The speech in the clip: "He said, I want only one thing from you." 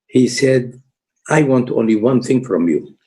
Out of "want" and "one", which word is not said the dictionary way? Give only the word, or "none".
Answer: none